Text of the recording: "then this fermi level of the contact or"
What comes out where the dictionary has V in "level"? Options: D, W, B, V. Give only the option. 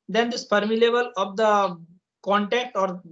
B